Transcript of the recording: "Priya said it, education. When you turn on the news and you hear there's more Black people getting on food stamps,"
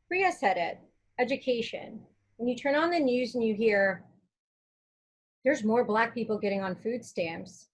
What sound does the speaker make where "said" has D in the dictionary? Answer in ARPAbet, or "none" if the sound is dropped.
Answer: D